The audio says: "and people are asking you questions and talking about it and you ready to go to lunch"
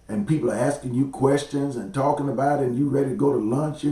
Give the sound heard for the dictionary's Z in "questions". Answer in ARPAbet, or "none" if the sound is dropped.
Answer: Z